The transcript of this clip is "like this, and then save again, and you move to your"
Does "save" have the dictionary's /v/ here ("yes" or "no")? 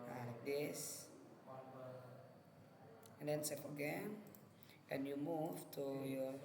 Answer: no